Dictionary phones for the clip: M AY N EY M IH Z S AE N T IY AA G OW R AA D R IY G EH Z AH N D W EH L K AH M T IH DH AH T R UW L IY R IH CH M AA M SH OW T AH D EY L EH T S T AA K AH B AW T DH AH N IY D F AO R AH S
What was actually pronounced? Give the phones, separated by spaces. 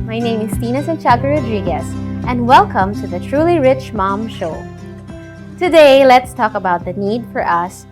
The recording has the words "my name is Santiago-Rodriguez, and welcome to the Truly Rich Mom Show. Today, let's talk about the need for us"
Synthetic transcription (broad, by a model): M AY N EY M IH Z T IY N S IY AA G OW R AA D R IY G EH S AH N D W EH L K AH M T IH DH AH T R UW L IY R IH CH M AA M SH OW T AH D EY L EH T S T AA K AH B AW T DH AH N IY D F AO R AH S